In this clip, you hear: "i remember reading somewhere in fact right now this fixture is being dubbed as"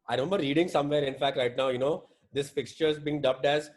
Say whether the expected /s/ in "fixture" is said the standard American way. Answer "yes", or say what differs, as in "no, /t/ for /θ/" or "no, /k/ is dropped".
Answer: yes